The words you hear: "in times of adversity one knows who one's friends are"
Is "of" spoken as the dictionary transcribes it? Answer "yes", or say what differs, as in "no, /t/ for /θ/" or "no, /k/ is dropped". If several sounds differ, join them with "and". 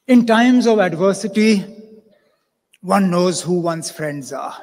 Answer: yes